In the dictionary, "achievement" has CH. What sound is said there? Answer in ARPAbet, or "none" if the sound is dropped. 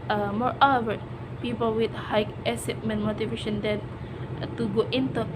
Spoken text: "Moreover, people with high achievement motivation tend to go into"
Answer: S